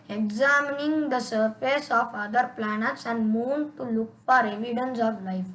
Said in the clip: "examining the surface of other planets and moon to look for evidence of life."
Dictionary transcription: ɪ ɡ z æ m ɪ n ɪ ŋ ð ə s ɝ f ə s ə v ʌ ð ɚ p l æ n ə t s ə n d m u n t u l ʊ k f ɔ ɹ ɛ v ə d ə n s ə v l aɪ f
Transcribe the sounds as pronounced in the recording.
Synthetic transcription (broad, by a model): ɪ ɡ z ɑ m n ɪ ŋ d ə s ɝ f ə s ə f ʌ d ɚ p l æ n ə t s ə n d m u n t u l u k p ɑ ɹ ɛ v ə d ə n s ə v l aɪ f